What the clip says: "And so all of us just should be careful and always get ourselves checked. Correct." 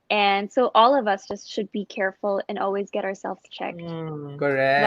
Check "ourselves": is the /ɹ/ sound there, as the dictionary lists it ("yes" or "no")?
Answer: yes